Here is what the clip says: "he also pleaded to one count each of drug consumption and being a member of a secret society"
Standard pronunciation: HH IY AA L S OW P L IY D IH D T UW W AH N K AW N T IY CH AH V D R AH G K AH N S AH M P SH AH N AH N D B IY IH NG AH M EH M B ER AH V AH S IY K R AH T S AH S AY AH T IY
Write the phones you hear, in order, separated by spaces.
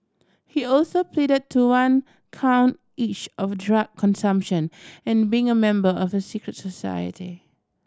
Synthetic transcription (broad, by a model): HH IY AA L S OW P L IY D IH D T UW W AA N K AW N T IY CH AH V D R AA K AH N S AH M P SH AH N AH N B IY IH NG AH M EH M B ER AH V AH S IY K R AH T S AH S AY AH T IY